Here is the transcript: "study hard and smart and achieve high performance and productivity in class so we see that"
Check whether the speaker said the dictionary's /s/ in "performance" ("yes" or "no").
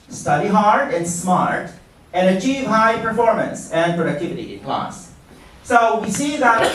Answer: yes